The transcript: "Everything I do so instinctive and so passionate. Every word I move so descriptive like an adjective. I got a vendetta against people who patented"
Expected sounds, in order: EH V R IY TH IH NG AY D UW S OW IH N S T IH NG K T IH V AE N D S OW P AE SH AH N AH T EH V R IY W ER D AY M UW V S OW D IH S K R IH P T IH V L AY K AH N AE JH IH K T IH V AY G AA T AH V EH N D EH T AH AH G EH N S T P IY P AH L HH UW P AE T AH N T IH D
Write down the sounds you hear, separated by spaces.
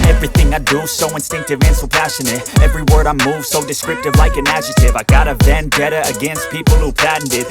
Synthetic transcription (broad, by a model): EH V R IY TH IH NG AY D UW S OW IH N S T IH NG K T IH V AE N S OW P AE SH AH N AH T EH V R IY W ER D AY M UW V S OW D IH S K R IH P T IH V L AY K AH N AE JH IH T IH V AY G AA T AH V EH N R EH T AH AH G EH N S T P IY P L HH UW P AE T N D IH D